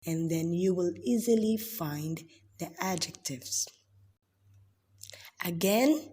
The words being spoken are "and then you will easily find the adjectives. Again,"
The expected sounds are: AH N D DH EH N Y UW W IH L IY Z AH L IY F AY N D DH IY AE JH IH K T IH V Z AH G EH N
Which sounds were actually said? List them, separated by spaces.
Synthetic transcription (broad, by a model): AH N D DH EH N Y UW W IH L IY Z AH L IY F AY N D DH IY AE JH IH K T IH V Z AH G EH N